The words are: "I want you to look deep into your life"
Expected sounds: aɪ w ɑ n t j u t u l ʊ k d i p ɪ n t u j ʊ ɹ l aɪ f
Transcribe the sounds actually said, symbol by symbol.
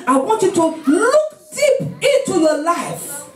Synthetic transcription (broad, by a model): aɪ w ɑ n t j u t u l ʊ k d i p ɪ n t u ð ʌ l aɪ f